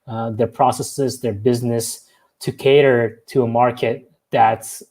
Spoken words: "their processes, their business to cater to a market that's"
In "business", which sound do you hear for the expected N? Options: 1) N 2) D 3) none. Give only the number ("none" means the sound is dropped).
1